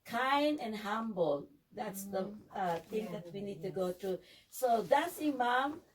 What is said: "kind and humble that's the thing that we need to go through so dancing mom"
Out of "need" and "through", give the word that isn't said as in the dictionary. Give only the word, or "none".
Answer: through